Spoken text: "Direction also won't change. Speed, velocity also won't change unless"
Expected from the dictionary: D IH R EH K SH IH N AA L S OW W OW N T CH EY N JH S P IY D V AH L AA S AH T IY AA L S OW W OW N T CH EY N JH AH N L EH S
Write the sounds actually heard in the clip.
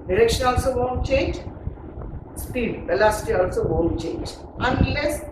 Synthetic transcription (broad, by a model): D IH R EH K SH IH N AA L S OW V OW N CH EY N JH S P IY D B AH L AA S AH T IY AA L S OW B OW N CH EY N JH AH N L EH S